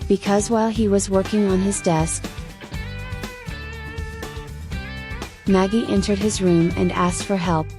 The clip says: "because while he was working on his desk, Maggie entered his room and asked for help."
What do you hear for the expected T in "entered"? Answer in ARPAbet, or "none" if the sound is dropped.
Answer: T